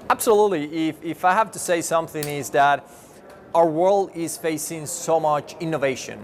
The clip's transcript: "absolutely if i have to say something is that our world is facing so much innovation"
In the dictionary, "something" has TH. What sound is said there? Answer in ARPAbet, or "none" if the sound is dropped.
TH